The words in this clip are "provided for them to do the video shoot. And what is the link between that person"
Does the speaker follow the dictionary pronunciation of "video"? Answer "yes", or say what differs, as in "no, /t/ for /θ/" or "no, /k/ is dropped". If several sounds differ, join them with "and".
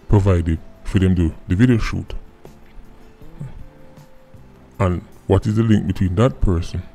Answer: yes